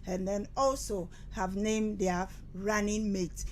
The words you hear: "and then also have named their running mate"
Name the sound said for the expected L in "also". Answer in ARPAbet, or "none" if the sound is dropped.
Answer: L